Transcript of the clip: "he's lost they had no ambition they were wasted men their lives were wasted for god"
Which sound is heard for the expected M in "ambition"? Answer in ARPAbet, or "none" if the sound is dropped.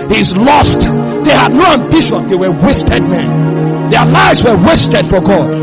M